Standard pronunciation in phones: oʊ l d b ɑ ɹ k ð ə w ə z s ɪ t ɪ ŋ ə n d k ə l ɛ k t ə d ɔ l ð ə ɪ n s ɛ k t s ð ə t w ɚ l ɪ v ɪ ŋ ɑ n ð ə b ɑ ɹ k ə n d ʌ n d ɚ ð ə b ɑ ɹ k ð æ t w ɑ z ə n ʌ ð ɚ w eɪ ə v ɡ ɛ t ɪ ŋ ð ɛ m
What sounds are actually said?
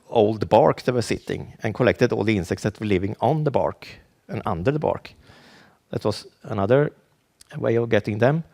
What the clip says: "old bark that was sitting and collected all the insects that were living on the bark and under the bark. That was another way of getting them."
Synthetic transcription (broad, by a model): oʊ l d b ɑ ɹ k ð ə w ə s ɪ t ɪ ŋ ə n k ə l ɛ k t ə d ɔ l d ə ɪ n s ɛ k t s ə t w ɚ l ɪ v ɪ ŋ ɑ n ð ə b ɑ ɹ k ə n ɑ n d ɚ ð ə b ɑ ɹ k ð æ t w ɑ s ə n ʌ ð ɚ w eɪ ə v ɡ ɛ t ɪ ŋ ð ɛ m